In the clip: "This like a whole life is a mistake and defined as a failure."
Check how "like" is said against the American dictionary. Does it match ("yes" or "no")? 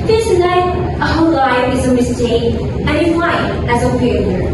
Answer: no